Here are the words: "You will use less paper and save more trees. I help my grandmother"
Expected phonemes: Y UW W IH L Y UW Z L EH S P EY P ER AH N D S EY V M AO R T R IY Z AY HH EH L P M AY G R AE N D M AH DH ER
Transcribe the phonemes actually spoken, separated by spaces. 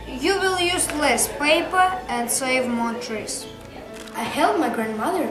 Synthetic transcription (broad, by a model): Y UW W IH L Y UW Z L EH S P EY P ER AH N D S EY V M AO R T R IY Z AY HH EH L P M AY G R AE N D M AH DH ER